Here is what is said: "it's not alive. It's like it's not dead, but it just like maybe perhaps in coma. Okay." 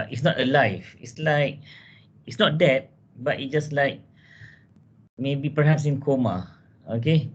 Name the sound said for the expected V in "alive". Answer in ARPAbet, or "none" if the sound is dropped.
F